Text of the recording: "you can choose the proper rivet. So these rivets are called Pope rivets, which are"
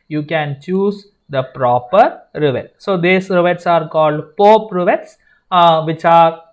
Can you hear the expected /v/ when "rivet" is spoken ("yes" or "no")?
yes